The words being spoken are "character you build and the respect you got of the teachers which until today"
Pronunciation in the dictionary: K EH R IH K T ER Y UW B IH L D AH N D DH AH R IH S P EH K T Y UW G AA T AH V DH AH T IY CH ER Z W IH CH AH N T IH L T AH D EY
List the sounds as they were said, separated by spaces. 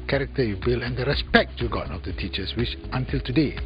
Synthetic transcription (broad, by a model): K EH R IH K T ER Y UW B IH L AH N D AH R IH S P EH K T Y UW G AA T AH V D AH T IY CH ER S W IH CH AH N T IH L T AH D EY